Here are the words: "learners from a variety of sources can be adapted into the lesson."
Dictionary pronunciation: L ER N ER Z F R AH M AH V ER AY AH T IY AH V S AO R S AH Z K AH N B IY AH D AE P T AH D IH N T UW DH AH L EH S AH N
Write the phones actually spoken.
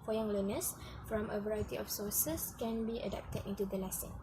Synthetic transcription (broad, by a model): L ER N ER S F R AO M AH V ER AY AH T IY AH F S AO S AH S K AH N B IY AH D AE P T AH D IH N T UW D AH L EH S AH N